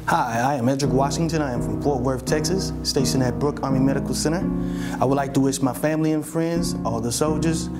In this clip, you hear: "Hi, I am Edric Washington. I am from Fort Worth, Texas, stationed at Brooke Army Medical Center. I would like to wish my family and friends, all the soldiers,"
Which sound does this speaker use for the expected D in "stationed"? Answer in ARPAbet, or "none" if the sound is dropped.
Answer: none